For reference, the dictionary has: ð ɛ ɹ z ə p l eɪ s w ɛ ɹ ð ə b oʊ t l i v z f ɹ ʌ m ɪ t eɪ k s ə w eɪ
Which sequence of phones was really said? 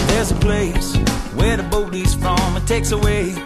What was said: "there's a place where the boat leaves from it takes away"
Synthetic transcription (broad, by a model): ð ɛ ɹ z ə p l eɪ s w ɛ ɹ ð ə b oʊ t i z f ɹ ʌ m ɪ t eɪ k s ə w eɪ